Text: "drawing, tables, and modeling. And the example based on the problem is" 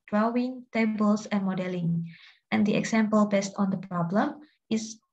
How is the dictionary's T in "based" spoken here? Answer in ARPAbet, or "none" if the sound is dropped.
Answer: T